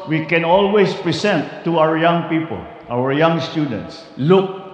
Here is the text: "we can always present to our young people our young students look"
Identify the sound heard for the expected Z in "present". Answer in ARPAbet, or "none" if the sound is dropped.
S